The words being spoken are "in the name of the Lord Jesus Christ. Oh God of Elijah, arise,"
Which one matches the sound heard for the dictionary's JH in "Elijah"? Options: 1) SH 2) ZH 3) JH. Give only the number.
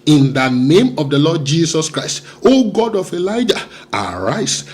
3